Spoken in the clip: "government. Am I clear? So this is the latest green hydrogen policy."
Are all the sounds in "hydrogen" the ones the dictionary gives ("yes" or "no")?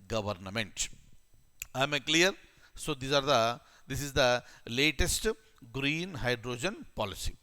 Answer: yes